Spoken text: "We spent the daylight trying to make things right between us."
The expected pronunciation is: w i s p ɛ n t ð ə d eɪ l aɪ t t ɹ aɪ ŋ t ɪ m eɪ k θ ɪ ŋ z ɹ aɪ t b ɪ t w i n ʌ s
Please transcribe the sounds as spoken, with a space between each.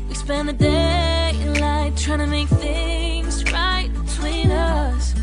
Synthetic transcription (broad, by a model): w i s p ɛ n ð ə d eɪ l aɪ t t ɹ aɪ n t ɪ m eɪ k θ ɪ ŋ z ɹ aɪ t b ɪ t w i n ʌ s